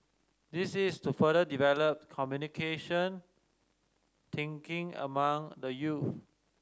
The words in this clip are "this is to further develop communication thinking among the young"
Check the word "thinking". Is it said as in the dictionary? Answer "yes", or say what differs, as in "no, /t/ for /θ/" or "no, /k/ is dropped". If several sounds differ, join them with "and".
no, /t/ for /θ/